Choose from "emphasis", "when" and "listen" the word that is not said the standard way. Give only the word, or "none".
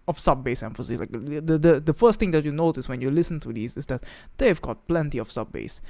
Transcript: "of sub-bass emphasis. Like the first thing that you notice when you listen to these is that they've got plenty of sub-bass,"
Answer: none